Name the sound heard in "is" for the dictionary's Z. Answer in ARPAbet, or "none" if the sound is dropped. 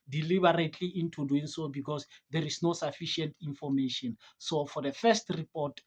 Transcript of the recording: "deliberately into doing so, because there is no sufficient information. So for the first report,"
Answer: S